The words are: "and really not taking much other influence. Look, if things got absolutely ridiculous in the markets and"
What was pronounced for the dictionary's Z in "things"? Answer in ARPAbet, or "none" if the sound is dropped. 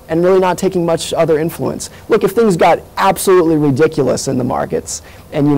Z